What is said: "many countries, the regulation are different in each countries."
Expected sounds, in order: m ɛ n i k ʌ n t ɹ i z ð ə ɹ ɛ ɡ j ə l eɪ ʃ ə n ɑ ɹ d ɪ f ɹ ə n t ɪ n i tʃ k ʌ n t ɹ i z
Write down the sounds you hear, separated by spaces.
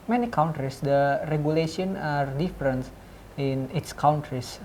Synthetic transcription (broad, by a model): m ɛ n i k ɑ n t ɹ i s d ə ɹ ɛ ɡ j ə l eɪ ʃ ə n ɑ ɹ d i f ɹ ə n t ɪ n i s k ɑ n t ɹ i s